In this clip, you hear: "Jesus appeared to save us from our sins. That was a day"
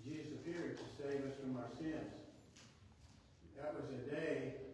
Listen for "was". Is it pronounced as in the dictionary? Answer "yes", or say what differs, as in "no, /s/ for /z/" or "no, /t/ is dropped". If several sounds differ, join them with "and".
yes